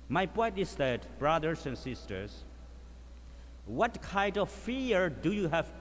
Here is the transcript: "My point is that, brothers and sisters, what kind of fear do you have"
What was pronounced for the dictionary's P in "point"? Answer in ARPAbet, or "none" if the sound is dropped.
P